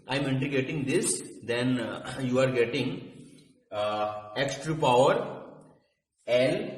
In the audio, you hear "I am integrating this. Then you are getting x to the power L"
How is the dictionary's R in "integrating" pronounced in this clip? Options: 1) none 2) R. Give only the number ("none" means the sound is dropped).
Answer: 1